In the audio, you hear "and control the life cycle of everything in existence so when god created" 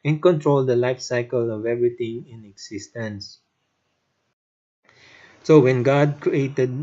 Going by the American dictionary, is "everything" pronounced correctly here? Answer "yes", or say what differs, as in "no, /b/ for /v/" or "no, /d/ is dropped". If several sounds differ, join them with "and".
no, /t/ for /θ/